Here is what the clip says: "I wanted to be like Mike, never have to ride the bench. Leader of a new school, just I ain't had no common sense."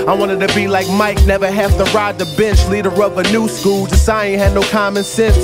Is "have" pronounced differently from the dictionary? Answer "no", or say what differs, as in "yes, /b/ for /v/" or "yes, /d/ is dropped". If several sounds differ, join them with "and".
yes, /f/ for /v/